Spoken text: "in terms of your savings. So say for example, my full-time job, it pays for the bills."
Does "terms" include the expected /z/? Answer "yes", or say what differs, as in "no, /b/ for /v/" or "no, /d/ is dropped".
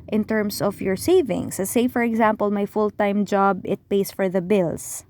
no, /s/ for /z/